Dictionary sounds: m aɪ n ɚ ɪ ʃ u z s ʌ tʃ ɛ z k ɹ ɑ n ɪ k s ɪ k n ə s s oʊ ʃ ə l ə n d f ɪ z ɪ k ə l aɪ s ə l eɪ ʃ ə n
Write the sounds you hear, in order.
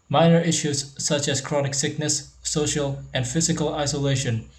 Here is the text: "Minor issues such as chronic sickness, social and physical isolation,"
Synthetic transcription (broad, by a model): m aɪ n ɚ ɪ ʃ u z s ʌ tʃ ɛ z k ɹ ɑ n ɪ k s ɪ k n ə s s oʊ ʃ ə l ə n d f ɪ z ɪ k ə l aɪ s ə l eɪ ʃ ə n